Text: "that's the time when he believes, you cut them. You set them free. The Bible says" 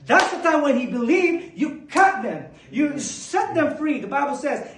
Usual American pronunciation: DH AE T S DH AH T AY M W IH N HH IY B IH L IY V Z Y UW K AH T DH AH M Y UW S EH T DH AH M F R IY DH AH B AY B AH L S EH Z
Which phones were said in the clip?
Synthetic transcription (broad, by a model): DH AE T S DH AH T AY M W IH N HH IY B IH L IY V Y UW K AH T DH AH M Y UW S EH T DH AH M F R IY DH AH B AY B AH L S EH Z